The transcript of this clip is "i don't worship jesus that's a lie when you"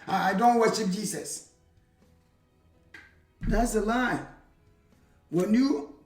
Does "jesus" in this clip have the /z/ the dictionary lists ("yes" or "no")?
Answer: no